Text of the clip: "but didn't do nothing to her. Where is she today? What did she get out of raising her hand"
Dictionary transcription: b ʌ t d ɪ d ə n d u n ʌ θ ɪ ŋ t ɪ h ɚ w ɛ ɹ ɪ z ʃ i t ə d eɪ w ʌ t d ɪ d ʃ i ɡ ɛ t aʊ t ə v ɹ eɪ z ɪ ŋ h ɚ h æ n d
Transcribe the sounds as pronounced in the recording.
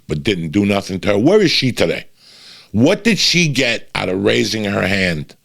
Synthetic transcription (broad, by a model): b ʌ t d ɪ d n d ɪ n ʌ θ ɪ ŋ t ɪ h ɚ w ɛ ɹ ɪ z ʃ i t ə d eɪ w ʌ t d ɪ d ʃ i ɡ ɛ t aʊ t ə v ɹ eɪ z ɪ ŋ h ɚ h æ n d